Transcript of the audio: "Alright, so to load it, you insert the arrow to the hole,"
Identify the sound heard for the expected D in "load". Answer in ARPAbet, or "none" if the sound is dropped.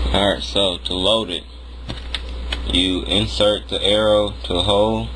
D